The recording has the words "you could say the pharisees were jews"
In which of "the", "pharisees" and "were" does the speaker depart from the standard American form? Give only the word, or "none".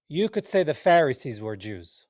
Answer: none